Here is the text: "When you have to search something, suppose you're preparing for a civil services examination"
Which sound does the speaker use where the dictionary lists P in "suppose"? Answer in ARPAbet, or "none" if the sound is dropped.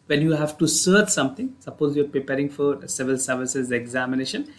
P